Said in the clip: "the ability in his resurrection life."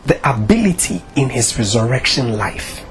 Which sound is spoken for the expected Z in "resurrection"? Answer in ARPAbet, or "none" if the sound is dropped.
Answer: Z